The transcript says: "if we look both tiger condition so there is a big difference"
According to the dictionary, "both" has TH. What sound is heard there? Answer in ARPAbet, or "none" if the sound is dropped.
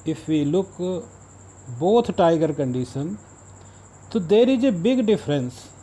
T